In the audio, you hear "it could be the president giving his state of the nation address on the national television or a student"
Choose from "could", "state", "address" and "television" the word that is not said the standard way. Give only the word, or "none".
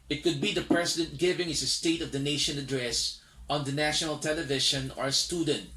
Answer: television